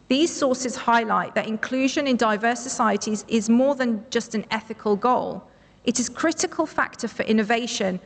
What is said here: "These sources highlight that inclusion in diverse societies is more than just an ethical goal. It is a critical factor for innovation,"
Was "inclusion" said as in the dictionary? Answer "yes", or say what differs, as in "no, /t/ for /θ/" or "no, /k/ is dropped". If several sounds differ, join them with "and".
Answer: yes